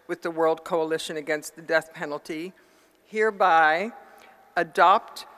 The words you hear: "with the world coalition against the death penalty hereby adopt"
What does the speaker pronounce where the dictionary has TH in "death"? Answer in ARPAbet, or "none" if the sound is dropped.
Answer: TH